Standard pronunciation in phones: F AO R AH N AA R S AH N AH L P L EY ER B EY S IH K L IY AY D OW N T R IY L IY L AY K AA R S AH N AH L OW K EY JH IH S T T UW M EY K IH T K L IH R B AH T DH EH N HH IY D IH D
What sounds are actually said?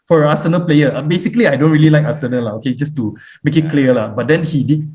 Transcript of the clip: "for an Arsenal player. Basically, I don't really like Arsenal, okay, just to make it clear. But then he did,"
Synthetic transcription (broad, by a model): F AO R AH N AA S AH N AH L P L EY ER B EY S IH K L IY AY D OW N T R IY L IY L AY K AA S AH N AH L OW K EY JH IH S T T UW M EY K IH T K L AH L B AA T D EH N HH IY D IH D